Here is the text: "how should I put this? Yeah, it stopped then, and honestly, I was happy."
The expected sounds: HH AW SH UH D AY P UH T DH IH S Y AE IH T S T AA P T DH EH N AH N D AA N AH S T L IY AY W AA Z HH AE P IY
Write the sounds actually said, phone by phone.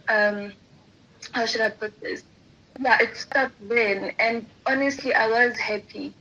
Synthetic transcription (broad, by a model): HH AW SH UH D AY P UH T DH IH S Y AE IH T S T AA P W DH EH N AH N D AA N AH S T L IY AY W AA Z HH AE P IY